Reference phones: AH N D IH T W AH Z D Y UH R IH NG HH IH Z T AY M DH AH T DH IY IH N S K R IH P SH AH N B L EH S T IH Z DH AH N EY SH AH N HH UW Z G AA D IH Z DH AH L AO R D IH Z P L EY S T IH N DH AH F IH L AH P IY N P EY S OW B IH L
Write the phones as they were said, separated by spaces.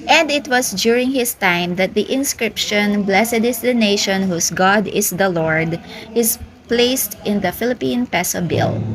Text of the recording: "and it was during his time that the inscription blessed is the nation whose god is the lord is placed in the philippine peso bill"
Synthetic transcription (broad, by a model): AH N D IH T W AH S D Y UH R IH NG HH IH S T AY M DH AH T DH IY IH N S K R IH P SH AH N B L EH S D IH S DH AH N EY SH AH N HH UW S G AA D IH S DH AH L AO R D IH S P L EY S T IH N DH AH F IH L AH P IY N P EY S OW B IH L